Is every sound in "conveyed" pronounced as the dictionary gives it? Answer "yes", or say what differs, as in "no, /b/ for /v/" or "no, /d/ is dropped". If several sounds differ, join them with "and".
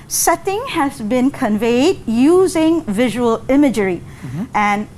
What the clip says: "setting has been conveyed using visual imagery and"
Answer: yes